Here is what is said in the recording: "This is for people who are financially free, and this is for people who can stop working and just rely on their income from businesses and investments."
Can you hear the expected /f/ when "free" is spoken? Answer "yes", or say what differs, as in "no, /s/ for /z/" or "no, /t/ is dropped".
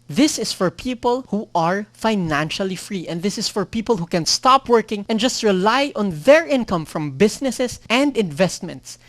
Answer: yes